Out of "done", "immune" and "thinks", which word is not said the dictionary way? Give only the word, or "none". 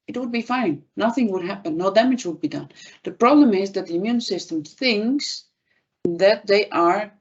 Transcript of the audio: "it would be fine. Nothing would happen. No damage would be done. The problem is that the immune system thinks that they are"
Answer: none